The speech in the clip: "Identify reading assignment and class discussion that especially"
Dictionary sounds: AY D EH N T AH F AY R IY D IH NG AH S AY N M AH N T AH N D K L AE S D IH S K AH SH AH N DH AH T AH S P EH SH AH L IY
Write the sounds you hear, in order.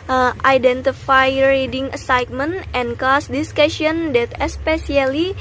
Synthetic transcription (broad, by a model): AY D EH N T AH F AY R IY D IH NG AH S AY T M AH N T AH N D K AO S D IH S K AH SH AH N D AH T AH S P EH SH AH L IY